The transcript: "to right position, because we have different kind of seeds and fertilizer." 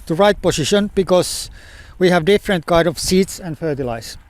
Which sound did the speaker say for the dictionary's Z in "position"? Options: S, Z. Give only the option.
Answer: S